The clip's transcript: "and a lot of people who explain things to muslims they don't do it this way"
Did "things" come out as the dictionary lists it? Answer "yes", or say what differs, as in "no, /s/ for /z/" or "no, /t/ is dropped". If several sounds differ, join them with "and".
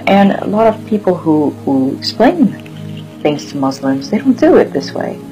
yes